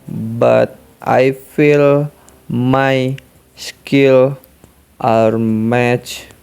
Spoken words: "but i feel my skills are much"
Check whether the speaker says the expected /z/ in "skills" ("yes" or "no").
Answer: no